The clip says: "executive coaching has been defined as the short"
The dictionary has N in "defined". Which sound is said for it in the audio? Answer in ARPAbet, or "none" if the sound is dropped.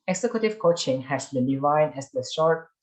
none